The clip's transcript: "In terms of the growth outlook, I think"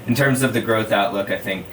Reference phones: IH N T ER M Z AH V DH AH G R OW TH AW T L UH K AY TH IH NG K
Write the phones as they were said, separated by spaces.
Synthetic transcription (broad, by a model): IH N T ER M Z AH V DH AH G R OW TH AW T L UH K AY TH IH NG K